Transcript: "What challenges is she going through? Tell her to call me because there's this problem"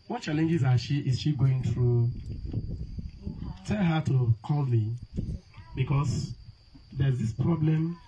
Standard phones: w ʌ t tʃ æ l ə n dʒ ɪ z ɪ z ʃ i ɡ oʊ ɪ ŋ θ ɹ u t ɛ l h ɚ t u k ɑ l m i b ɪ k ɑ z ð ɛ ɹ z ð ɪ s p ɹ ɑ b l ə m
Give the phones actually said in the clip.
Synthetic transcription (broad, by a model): w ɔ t tʃ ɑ l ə n dʒ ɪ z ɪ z ʃ i ɡ oʊ ɪ ŋ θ ɹ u t ɛ l h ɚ t u k ɑ l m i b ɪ k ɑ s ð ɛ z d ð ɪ s p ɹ ɑ b l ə m